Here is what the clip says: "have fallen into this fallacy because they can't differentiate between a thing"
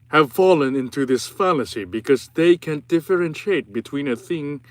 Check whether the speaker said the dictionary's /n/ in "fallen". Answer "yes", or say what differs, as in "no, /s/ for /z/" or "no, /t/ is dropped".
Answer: yes